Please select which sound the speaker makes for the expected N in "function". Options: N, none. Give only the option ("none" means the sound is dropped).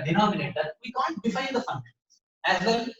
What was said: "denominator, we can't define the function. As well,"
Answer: none